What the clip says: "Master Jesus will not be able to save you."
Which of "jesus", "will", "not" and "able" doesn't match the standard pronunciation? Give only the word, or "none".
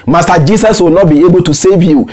jesus